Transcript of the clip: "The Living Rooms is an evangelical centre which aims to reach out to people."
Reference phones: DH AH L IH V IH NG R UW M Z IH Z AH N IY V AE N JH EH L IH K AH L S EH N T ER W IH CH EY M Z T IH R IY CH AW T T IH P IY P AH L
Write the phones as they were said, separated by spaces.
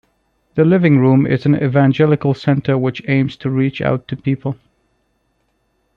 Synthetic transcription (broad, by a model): DH AH L IH V IH NG R UW M IH Z AH N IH V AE N JH EH L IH K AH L S EH N T ER W IH CH EY M Z T IH R IY CH AW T T IH P IY P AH L